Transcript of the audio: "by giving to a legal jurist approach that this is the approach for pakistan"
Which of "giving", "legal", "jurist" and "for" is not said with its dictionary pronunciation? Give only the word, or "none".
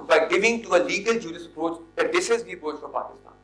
jurist